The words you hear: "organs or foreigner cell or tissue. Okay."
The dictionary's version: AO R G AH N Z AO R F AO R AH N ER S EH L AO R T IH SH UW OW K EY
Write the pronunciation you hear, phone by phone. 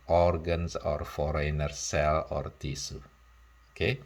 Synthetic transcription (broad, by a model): AO R G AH N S AO R F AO R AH N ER S EH L AO R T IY S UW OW K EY